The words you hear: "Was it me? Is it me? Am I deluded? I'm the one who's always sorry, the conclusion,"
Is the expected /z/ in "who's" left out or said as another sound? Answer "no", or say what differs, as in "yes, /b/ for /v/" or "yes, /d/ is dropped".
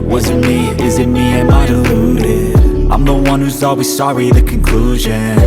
no